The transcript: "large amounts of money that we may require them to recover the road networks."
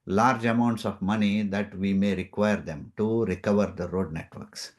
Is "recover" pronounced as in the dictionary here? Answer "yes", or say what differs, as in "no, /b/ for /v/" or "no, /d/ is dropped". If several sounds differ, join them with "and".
yes